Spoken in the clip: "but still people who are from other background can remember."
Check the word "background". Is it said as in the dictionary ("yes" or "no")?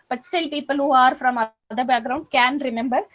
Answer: no